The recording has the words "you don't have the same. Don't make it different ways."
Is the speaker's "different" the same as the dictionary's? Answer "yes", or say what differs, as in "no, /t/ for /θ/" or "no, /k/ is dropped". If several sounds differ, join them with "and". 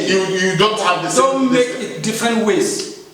yes